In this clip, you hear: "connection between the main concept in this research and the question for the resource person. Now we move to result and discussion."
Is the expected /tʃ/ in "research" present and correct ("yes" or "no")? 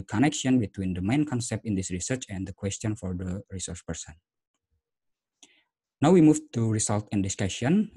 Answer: yes